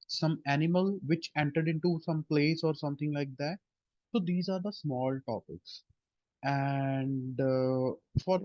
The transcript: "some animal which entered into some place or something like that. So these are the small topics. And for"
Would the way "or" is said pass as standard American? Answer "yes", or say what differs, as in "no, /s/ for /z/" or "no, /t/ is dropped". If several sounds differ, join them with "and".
yes